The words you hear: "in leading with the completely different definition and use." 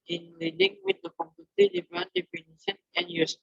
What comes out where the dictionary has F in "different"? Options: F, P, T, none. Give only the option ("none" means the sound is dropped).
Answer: none